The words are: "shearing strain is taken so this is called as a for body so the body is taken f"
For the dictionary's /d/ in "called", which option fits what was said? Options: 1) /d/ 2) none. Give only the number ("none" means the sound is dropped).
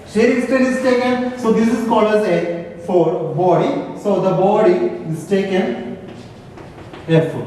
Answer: 2